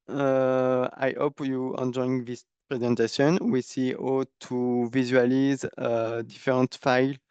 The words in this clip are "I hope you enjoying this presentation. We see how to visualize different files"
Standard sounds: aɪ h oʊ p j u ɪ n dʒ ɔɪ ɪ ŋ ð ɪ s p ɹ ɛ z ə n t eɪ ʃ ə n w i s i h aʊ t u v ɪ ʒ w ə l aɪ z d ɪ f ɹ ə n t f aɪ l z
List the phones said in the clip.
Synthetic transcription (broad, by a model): aɪ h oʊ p j u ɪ n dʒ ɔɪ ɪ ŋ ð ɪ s p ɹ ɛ z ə n t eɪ s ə n w i s i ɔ t u v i z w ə l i z d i f ɹ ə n t f aɪ l